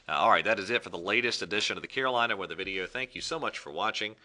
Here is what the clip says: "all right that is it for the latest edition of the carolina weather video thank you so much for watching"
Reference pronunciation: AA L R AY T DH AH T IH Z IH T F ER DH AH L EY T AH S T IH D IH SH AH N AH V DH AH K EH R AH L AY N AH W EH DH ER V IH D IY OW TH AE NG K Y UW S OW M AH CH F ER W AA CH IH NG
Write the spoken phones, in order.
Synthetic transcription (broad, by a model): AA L R AY T DH AH T IH Z IH T F ER DH AH L EY T AH S T IH D IH SH AH N AH V DH AH K EH R AH L AY N AH W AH DH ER V IH D IY OW TH AE NG K Y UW S OW M AH CH F ER W AA CH IH NG